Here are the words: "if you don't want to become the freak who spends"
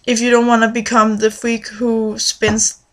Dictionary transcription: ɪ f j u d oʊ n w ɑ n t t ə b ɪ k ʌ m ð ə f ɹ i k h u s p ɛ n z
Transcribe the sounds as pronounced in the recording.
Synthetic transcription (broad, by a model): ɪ f j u d oʊ n w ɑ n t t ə b ɪ k ʌ m ð ə f i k h u s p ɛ n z